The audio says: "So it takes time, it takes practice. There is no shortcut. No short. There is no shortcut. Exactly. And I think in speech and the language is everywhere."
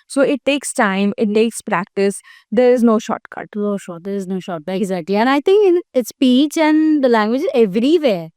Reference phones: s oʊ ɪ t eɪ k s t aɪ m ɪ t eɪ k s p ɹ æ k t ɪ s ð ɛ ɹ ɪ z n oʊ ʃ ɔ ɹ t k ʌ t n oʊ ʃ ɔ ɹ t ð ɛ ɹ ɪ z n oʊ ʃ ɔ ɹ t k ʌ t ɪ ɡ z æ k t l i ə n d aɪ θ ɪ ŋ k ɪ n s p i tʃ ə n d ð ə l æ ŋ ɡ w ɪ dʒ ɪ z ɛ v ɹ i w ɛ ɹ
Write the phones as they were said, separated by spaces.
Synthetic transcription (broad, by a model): s oʊ ɪ t eɪ k s t aɪ m ɪ t eɪ k s p ɹ æ k t ɪ s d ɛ ɹ ɪ z n oʊ ʃ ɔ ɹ t k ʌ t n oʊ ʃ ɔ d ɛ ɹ ɪ z n oʊ ʃ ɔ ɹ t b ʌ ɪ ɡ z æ t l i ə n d aɪ t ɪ ŋ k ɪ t s p i tʃ ə n d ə l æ ŋ ɡ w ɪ dʒ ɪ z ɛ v ɹ i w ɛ